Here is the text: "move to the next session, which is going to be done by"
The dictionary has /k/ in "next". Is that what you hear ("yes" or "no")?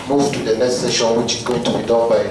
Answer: no